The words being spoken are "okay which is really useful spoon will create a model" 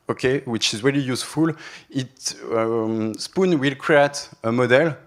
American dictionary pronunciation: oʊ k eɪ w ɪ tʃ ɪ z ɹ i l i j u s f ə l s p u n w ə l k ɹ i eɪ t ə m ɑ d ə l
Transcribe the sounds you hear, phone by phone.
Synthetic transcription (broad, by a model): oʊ k eɪ w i tʃ ɪ z ɹ i l i j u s f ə l s p u n w ə l k ɹ i eɪ t ə m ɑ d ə l